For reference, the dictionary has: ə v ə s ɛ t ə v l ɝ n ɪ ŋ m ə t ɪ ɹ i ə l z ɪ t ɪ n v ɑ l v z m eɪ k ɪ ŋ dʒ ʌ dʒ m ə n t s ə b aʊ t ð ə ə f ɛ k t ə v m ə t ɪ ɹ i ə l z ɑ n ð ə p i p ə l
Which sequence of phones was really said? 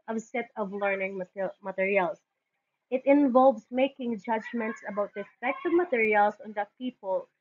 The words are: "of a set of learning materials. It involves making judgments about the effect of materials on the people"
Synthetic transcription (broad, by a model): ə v s ɛ t ə v l ɝ n ɪ ŋ m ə t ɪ ɹ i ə l s ɪ t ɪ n v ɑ l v s m eɪ k ɪ ŋ dʒ ʌ dʒ m ə n t s ə b aʊ t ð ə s p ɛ k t ə v m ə t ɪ ɹ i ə l s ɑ n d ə p i p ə l